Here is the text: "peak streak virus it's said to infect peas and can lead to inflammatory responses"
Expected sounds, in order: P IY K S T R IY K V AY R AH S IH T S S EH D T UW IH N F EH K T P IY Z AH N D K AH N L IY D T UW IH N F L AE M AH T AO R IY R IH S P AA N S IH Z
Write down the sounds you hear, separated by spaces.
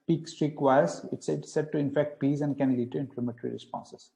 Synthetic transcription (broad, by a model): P IY K S T R IY K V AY AH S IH T S S EH D T UW IH N F EH K T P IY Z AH N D K AH N L IY D T UW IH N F L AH M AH T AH R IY R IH S P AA N S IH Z